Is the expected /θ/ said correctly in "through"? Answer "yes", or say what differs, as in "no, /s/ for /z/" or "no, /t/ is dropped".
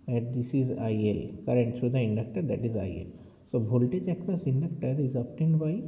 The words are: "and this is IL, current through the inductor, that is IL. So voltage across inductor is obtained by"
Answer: no, /t/ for /θ/